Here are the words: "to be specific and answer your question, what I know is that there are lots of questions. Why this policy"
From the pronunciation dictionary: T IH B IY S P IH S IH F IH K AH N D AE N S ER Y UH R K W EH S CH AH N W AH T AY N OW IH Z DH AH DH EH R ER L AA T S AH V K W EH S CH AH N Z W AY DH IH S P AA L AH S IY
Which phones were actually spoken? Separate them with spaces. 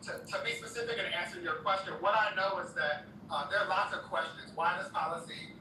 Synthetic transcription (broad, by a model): T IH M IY S P IH S IH F IH K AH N AE N S ER Y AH R K W EH S CH AH N W AH T AY N OW IH Z DH AH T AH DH ER L AA T S AH V K W EH S CH AH N Z W AY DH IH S P AA L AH S IY